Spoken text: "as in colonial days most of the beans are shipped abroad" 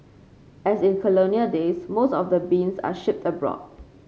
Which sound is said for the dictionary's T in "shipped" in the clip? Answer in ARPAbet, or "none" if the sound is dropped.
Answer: T